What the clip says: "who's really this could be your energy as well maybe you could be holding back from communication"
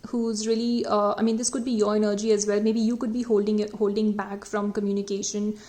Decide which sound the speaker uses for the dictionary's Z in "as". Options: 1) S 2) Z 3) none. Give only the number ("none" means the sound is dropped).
2